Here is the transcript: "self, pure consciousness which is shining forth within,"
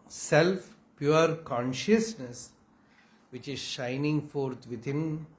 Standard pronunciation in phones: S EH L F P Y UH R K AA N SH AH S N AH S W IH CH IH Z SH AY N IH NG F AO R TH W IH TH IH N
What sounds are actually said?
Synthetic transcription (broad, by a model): S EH L F P Y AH R K AA N SH AH S N AH S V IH CH IH Z SH AY N IH NG F AO R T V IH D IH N